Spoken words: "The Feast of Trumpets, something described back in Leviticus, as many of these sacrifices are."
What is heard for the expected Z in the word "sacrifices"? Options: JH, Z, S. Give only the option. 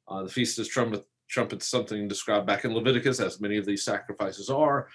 Z